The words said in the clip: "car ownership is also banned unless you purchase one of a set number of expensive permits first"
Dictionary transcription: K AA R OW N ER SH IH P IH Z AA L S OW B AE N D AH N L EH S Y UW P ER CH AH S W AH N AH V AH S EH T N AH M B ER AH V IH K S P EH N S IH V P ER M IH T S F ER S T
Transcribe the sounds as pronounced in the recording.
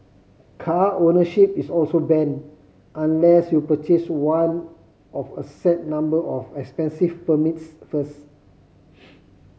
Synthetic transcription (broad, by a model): K AA OW N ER SH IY P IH S AA L S OW B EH N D AH N L EH S Y UW P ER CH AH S W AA N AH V AH S EH T N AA M B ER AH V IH K S P EH N S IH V P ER M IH T S F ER S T